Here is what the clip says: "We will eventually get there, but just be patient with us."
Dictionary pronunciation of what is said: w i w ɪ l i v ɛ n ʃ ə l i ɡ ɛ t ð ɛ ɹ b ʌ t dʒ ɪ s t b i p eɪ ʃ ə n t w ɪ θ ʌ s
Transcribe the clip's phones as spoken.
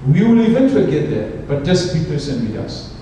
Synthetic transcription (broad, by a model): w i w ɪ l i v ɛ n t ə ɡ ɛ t ð ɛ ɹ b ʌ t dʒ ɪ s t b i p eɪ s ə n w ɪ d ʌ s